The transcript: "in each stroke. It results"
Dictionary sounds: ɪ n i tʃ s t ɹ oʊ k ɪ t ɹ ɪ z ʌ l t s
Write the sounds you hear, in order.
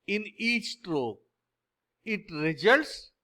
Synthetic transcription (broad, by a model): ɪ n i tʃ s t ɹ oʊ ɪ t ɹ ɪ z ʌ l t s